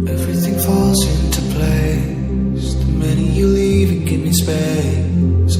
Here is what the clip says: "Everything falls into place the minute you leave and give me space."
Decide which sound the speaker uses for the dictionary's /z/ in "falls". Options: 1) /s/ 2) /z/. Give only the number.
1